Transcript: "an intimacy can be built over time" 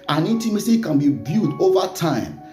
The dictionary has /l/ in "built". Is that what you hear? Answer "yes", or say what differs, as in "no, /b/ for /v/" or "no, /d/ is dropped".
no, /l/ is dropped